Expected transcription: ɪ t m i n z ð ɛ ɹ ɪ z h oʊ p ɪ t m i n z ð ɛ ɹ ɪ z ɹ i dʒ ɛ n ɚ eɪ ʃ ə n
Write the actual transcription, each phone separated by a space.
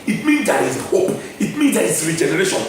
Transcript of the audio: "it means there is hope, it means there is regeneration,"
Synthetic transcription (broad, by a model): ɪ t m i n z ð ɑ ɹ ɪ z h oʊ p ɪ t m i n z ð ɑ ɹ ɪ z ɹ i dʒ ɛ n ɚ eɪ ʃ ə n